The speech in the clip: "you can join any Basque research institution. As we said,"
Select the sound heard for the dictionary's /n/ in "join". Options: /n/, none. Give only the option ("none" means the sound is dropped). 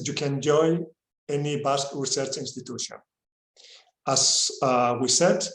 none